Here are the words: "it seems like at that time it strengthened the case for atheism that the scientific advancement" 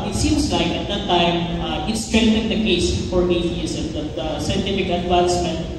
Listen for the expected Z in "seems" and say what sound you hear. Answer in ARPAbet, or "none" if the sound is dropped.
S